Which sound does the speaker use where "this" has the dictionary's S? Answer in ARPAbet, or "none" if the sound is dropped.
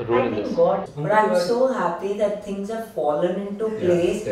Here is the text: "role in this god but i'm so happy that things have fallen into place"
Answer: none